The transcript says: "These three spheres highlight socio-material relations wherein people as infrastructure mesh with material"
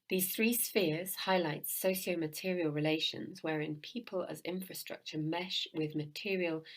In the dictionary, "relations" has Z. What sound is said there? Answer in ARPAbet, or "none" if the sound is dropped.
Z